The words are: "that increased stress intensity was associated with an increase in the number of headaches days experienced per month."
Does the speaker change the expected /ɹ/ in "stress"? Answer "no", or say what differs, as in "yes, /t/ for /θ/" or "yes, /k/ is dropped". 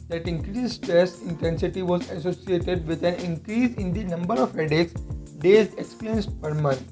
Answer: yes, /ɹ/ is dropped